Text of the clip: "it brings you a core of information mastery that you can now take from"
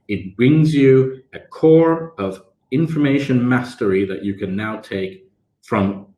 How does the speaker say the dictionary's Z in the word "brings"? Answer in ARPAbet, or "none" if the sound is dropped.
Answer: Z